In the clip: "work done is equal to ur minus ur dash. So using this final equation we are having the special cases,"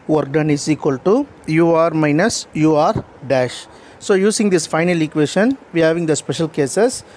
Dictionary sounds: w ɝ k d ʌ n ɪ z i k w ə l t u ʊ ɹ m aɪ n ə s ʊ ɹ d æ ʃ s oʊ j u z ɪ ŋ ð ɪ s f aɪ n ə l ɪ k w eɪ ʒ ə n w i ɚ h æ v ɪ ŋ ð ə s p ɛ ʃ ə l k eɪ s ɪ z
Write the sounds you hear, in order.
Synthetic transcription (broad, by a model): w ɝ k d ʌ n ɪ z i k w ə l t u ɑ ɹ m aɪ n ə s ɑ ɹ d æ ʃ s oʊ j u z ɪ ŋ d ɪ s f aɪ n ə l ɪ k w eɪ ʃ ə n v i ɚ h æ v ɪ ŋ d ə s p ɛ ʃ ə l k eɪ s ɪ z